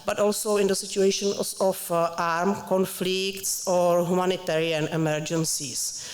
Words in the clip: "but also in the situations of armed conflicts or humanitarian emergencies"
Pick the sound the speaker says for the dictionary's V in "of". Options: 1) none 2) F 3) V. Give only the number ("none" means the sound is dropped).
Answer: 2